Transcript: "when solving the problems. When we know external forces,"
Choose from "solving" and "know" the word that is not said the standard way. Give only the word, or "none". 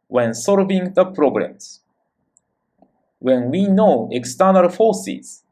none